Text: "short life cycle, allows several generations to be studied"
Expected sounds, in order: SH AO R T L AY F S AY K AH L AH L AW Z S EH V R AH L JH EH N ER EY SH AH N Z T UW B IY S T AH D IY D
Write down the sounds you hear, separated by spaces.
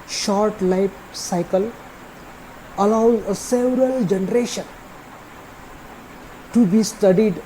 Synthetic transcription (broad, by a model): SH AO R T L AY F S AY K AH L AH L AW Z S EH V R AH L JH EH N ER EY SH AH N T UW B IY S T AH D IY D